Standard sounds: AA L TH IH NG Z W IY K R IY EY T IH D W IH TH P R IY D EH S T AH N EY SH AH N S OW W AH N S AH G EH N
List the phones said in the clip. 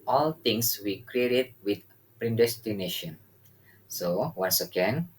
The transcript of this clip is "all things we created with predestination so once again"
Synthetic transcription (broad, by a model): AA L T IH NG S W IY K R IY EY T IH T W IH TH P R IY D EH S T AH N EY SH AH N S OW W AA N S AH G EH N